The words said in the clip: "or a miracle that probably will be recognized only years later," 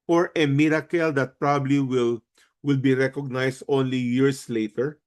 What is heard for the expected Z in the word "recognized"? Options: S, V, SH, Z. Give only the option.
S